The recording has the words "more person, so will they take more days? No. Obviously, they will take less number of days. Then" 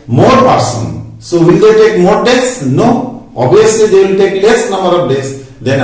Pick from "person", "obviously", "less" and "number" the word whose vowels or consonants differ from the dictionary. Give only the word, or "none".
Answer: obviously